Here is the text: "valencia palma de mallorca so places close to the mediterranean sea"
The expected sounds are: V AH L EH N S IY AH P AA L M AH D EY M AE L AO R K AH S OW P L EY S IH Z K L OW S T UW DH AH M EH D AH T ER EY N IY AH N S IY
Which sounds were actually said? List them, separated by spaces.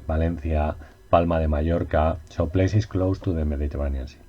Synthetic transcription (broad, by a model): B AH L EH N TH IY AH P AA L M AH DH EY M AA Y AO R K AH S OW P L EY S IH S K L OW S T UW DH AH M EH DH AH T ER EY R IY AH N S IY